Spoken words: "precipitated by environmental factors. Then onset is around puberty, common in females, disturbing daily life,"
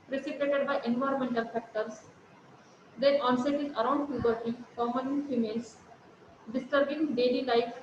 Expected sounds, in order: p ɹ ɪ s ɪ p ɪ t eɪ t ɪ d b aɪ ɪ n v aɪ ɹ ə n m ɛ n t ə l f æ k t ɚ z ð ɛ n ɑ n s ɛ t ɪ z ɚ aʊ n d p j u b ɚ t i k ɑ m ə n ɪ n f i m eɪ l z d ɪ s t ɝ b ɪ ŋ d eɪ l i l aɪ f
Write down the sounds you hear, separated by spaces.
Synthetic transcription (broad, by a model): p ɹ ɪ s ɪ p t eɪ t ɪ d b aɪ ɪ n v aɪ ɹ ə n m ɛ n t ə l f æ k t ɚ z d ɛ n ɑ n s ɛ t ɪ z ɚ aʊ n d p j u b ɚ t i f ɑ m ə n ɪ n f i m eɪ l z d ɪ s t ɝ b ɪ ŋ d eɪ l i l aɪ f